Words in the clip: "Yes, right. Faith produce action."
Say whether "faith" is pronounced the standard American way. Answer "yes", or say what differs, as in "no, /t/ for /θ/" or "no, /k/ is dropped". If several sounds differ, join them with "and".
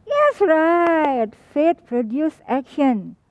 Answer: no, /t/ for /θ/